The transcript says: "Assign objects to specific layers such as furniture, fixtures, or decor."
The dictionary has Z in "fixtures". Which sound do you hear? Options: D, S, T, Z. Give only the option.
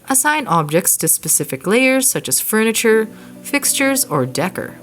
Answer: Z